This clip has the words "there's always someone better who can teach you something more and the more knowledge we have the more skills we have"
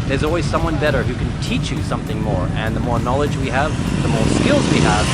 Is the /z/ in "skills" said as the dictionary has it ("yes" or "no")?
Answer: yes